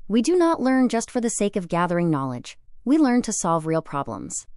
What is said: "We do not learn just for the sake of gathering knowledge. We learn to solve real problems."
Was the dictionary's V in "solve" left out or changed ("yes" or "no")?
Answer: no